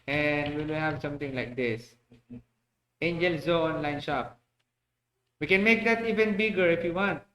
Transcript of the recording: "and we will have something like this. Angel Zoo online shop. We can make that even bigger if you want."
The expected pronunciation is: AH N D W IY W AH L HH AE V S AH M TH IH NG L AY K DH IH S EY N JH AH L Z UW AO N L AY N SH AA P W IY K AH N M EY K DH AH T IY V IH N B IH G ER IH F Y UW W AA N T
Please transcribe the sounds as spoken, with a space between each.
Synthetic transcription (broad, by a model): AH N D W IY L HH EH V S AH M T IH NG L AY K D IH S EY N JH AH L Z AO AO N L AY N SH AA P W IY K AH N M EY K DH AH T IY V IH N B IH G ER IH F Y UW W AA N T